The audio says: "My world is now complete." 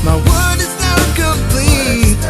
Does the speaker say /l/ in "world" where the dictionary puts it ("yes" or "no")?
no